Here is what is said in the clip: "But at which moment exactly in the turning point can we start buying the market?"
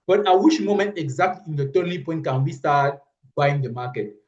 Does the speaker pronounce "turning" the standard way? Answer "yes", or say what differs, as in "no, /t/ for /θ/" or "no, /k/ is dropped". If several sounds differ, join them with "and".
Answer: no, /l/ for /n/